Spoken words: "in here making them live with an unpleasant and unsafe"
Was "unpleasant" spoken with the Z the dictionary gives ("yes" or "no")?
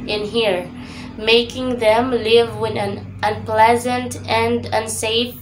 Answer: yes